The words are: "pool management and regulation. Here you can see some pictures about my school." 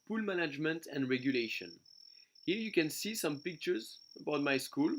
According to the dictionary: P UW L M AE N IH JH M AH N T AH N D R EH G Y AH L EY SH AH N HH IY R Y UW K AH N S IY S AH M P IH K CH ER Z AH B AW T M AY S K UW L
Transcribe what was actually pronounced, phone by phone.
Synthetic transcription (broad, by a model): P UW L M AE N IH JH M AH N T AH N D R EH G Y AH L EY SH AH N HH IY R Y UW K AH N S IY S AH M P IH K CH ER Z AH B AW T M AY S K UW L